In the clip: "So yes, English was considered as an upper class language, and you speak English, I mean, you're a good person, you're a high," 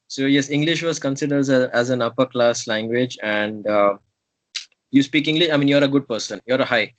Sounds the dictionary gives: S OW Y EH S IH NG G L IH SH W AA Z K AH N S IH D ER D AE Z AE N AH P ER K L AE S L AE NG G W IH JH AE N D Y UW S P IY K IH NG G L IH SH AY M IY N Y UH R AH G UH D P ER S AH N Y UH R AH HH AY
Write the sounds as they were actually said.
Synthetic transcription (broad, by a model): S OW Y EH S IH NG G L IH SH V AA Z K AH N S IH D ER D AE Z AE N AH P ER K L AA S L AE NG G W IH JH AE N D Y UW S P IY K IH NG G L IH SH AY M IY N Y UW R AH G UH D P ER S AH N Y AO R AH HH AY